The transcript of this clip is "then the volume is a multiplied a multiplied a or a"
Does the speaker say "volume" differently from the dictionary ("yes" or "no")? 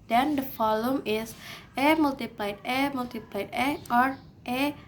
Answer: yes